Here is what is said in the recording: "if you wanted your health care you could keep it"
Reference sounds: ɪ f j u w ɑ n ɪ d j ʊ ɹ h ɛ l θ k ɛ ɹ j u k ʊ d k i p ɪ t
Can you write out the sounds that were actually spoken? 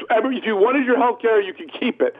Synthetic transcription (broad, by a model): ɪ f j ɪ w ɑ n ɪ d j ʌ ɹ h ɛ l θ k ɛ ɹ j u k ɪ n k i p ɪ t